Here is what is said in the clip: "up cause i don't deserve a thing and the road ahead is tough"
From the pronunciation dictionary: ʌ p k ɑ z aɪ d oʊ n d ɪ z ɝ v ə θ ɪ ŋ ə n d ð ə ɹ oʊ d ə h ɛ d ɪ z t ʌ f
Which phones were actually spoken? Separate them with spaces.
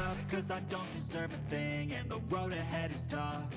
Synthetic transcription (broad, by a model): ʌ k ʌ z aɪ d oʊ n d ɪ z ɝ v ə θ ɪ ŋ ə n ð ə ɹ oʊ d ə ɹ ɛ d ɪ z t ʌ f